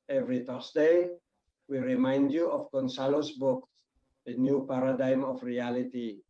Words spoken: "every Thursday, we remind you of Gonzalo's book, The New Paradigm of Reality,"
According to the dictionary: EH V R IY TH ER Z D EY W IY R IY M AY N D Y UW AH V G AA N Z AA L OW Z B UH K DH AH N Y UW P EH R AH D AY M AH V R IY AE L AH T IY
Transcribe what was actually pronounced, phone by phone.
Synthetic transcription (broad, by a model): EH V R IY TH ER S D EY W IY R IY M AY N D Y UW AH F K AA N S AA L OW S B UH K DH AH N Y UW P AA R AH D AY M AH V R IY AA L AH T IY